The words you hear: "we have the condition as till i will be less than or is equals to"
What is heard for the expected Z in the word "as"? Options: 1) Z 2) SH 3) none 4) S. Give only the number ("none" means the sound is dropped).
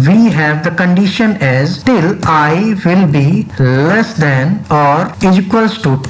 1